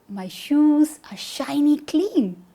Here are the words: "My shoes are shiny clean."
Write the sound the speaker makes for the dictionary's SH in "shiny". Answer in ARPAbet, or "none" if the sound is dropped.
SH